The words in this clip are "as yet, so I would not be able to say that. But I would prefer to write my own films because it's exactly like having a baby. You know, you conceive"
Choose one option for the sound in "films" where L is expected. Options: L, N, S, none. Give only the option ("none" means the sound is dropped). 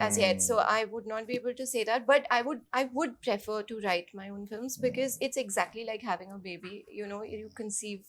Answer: L